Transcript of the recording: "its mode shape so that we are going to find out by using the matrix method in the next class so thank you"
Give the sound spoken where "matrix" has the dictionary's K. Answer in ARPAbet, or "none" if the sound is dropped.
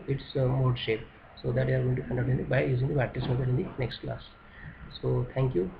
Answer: none